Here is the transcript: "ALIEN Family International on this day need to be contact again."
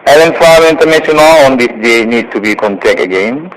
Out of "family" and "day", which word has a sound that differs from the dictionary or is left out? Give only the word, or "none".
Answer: family